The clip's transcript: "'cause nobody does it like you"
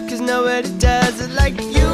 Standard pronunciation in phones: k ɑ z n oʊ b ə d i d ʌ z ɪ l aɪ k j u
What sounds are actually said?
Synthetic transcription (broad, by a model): k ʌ z n oʊ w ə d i d ʌ z ɪ l aɪ k j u